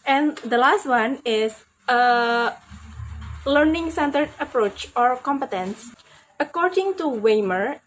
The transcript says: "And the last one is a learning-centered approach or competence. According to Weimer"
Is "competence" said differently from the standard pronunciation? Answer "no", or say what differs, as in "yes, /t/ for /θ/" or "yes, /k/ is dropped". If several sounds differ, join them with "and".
no